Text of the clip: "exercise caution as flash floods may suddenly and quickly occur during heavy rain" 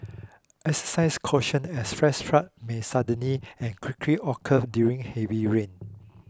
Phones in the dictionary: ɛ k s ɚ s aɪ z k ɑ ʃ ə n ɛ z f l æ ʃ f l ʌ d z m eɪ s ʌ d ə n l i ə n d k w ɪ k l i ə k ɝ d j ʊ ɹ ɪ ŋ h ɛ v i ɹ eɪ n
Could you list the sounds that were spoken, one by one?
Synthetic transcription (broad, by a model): ɛ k s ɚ s aɪ s k ɑ ʃ ə n ɛ s f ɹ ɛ s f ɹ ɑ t m eɪ s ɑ d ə n l i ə n k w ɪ k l i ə k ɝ d j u ɹ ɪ ŋ h ɛ v i ɹ eɪ n